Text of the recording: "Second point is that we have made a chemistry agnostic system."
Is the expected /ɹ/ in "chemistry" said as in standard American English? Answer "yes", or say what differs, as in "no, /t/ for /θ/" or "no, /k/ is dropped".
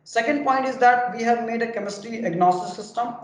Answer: no, /ɹ/ is dropped